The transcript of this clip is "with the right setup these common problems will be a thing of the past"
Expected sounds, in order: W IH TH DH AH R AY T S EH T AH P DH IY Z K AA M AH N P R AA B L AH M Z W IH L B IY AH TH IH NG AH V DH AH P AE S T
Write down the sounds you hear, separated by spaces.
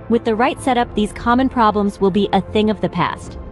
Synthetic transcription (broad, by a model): W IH DH AH R AY T S EH T AH P DH IY Z K AA M AH N P R AA B L AH M Z W IH L B IY AH TH IH NG AH V DH AH P AE S T